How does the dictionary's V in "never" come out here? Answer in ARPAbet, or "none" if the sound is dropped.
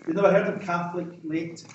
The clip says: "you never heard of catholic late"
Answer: none